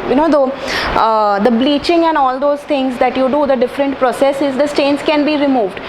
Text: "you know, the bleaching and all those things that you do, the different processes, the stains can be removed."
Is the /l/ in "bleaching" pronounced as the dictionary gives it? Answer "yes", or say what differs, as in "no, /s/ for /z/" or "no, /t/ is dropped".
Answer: yes